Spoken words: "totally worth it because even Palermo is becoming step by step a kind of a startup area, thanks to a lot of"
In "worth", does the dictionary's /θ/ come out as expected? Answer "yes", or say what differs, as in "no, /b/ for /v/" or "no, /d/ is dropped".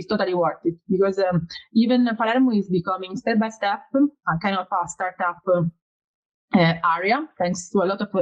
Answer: no, /t/ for /θ/